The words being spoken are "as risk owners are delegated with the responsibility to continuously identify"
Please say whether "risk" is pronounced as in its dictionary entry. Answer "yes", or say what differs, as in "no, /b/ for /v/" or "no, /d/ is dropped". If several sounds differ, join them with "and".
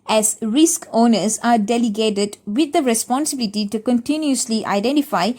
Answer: yes